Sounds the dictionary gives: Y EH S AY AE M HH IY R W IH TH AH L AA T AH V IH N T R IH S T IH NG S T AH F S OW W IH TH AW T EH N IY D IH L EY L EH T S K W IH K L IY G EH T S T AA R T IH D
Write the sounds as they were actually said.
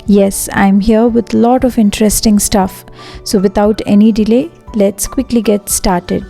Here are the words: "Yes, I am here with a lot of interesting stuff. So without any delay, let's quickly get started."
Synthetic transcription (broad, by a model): Y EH S AY M HH IY R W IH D AH L AA T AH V IH N T R IH S T IH NG S T AH F S OW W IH T AW T EH N IY D IH L EY L EH T S K W IH K L IY G EH T S T AA R T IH D